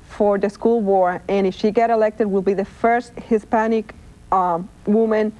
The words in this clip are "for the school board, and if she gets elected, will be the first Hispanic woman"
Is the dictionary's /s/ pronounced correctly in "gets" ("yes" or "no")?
no